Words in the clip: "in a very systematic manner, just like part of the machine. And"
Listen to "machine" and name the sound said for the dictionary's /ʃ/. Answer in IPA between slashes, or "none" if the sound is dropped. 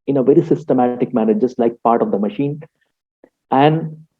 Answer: /ʃ/